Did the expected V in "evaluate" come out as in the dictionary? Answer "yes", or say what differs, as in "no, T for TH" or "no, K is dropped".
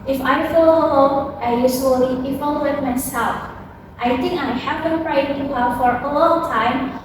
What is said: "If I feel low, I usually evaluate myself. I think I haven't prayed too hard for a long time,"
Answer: no, F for V